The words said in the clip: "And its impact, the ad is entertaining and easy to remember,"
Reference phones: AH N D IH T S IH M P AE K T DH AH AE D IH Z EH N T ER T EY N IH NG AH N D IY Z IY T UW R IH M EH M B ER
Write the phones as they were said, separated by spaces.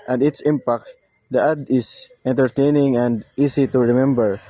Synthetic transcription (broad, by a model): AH N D IH T S IH M P AE K T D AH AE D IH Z EH N T ER T EY N IH NG AH N D IY S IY T UW R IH M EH M B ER